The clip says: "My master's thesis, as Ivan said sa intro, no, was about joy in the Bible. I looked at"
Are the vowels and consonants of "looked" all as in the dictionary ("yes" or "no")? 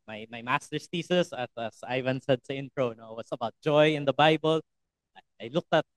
yes